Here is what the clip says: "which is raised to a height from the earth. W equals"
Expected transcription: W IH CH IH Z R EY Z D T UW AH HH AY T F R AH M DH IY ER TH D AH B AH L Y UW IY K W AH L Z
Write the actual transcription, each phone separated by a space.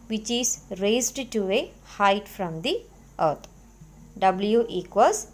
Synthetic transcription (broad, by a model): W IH CH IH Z R EY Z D T UW AH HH AY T F R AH M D IY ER T D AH B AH L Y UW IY K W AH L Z